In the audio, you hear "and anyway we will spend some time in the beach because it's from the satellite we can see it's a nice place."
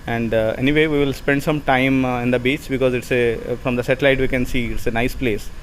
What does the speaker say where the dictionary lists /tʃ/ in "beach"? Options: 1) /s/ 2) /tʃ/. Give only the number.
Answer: 2